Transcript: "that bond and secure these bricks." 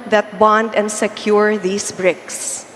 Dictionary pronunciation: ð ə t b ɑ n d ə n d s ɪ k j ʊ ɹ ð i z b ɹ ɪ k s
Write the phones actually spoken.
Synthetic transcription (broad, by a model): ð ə t b ɑ n d ə n d s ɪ k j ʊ ɹ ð i s b ɹ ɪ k s